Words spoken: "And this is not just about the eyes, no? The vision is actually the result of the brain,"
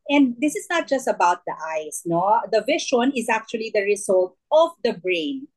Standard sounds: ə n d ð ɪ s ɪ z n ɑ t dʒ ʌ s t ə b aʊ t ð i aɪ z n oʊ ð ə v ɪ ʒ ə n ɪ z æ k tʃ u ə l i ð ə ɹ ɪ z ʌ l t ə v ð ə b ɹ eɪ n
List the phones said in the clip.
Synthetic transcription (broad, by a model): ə n d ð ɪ s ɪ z n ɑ t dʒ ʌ s t ə b aʊ t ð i aɪ s n oʊ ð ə v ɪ ʃ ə n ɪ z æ k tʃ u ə l i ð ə ɹ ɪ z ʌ l t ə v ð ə b ɹ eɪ n